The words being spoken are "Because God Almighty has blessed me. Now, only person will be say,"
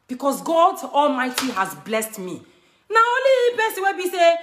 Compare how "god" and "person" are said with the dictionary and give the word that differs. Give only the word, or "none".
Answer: person